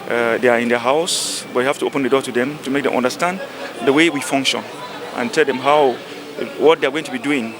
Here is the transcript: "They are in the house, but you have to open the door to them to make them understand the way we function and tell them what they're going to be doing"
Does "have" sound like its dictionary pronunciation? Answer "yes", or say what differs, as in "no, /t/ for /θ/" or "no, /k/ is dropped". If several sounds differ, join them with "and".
no, /f/ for /v/